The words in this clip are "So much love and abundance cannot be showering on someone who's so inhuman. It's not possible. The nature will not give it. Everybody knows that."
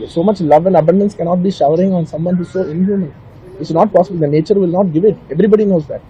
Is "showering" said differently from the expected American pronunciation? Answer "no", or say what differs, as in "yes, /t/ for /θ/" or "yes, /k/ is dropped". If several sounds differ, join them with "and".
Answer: no